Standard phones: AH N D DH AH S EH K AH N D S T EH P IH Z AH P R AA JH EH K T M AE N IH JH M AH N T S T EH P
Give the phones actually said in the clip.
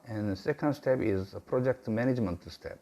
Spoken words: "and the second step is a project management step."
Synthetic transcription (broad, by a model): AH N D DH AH S EH K AH N D S T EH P IH Z AH P R AA JH EH K T M AE N IH JH M AH N T S T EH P